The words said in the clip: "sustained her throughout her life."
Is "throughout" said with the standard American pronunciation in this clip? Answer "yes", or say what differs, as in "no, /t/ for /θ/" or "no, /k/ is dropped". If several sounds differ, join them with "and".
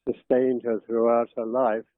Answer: yes